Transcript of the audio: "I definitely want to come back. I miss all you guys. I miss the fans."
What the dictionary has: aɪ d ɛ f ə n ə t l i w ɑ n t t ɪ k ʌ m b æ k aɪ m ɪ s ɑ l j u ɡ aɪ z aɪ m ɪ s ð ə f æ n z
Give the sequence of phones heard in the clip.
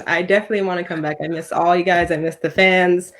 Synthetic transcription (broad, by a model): aɪ d ɛ f ə n ə t l i w ɑ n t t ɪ k ʌ m b æ k aɪ m ɪ s ɑ l j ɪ ɡ aɪ z aɪ m ɪ s ð ə f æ n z